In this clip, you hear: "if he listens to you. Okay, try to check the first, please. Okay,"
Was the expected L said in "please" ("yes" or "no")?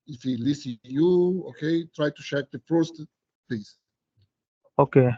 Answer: no